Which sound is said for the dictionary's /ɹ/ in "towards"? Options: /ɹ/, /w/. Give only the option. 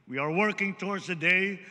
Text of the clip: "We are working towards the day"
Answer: /ɹ/